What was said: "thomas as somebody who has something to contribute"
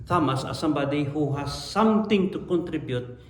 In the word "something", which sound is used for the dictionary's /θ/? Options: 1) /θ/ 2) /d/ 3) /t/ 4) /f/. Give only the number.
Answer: 3